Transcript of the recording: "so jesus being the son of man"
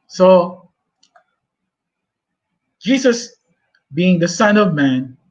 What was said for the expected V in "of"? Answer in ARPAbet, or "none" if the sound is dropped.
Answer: V